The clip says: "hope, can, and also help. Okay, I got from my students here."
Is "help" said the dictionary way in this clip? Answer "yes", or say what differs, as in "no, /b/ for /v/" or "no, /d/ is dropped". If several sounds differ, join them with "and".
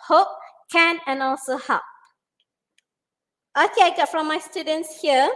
no, /l/ is dropped